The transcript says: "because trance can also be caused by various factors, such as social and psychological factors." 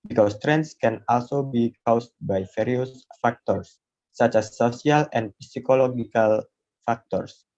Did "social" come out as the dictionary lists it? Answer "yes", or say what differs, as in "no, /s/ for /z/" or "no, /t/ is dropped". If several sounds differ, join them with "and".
no, /s/ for /ʃ/